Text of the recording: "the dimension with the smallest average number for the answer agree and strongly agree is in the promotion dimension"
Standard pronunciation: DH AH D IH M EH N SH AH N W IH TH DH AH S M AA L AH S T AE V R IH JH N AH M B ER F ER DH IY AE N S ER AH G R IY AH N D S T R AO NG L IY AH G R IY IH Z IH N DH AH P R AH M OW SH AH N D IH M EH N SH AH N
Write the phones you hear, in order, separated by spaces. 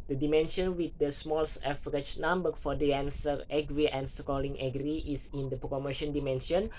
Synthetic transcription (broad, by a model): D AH D IH M EH N SH AH N W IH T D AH S M AA L S EH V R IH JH N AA M B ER F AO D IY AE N S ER AH G R IY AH N S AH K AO L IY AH G R IY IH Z IH N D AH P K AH M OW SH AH N D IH M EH N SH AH N